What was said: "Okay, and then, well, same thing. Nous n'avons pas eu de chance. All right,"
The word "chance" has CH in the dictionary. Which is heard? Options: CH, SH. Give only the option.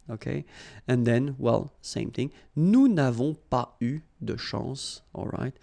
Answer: SH